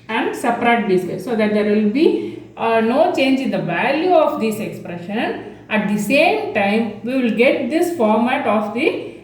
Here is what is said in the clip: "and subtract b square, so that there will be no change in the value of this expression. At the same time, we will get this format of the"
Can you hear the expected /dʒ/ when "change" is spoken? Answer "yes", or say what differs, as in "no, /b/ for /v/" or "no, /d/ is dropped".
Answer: yes